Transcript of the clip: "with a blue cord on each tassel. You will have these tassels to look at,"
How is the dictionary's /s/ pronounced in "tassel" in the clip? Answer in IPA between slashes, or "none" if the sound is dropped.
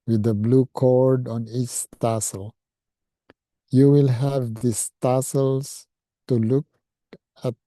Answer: /s/